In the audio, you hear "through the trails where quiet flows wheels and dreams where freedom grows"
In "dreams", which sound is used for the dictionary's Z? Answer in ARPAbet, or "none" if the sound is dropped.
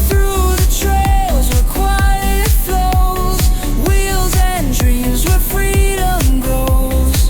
Z